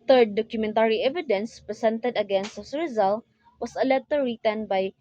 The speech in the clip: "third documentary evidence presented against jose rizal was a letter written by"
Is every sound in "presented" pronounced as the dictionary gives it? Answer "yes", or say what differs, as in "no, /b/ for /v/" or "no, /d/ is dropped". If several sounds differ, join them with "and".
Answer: no, /s/ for /z/